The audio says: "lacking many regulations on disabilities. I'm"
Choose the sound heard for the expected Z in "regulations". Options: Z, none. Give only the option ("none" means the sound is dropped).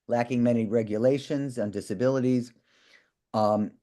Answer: Z